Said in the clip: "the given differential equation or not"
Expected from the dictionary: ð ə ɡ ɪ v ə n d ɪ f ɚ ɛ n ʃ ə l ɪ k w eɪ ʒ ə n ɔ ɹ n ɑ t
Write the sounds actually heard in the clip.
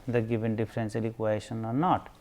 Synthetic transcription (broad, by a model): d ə ɡ ɪ v ə n d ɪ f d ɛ n s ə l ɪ k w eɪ ʃ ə n ɔ ɹ n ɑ t